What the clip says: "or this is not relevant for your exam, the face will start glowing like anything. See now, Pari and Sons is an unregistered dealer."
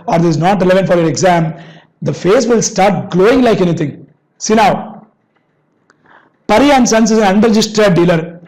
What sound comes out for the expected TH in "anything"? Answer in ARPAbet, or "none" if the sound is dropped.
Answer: T